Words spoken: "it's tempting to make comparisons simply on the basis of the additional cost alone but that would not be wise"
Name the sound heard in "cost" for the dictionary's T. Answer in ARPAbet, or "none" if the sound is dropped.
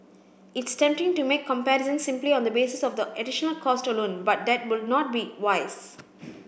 T